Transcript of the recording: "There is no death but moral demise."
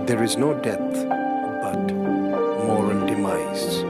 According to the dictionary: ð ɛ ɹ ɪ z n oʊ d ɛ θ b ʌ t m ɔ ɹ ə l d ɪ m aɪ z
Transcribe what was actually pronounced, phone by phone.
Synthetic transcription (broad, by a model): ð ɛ ɹ ɪ z n oʊ d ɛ t b ʌ t m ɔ ɹ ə n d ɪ m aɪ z